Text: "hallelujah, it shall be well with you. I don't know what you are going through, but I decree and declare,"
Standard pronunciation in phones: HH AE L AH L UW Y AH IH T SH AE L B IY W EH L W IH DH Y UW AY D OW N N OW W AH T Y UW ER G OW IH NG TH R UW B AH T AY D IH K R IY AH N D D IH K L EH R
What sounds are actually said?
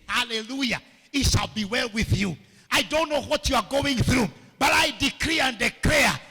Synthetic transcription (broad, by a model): HH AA L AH L UW Y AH IH T SH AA L B IY W EH L W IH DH Y UW AY D OW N N OW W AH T Y UW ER G OW IH NG TH R UW B AH T AY D IH K R IY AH N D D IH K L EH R